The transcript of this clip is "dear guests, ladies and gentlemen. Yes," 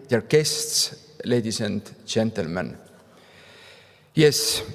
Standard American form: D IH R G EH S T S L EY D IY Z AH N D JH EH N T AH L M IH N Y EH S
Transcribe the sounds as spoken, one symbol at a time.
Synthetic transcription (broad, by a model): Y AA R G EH S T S L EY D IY S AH N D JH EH N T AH L M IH N Y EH S